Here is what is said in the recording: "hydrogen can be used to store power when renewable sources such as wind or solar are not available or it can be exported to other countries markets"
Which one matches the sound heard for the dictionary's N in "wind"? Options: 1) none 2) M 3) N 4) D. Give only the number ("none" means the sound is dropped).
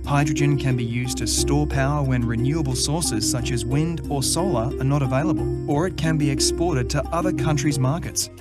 3